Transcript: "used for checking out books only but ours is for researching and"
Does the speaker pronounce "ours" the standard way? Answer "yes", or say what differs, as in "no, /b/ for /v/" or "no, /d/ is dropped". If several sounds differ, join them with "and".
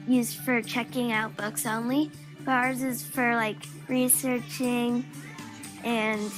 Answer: yes